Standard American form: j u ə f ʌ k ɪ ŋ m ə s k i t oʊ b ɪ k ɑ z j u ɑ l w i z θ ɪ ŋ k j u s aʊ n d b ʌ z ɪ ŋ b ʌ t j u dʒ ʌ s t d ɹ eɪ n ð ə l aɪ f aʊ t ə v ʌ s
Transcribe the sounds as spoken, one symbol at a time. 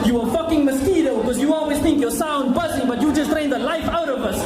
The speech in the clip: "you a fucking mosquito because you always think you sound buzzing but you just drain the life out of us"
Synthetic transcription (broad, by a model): j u ə f ʌ k ɪ ŋ m ə s k i t oʊ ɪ k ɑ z j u ɑ l w i z θ ɪ ŋ k j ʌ s aʊ n d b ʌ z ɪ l b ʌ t j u dʒ ʌ s t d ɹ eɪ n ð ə l aɪ f aʊ t ə v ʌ s